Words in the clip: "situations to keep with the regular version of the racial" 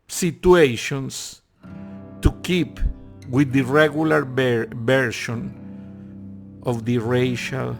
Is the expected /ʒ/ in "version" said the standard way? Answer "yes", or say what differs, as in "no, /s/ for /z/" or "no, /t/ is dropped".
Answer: no, /ʃ/ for /ʒ/